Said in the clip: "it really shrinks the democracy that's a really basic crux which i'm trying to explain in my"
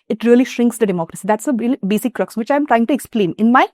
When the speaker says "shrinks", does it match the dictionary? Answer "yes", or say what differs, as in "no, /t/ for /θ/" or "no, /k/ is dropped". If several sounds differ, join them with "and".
yes